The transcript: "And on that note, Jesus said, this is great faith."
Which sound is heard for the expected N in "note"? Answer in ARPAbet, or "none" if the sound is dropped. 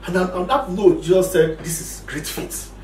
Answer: L